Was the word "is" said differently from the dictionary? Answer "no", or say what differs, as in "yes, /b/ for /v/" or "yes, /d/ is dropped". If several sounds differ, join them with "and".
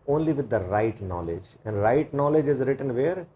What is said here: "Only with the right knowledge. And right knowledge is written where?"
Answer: no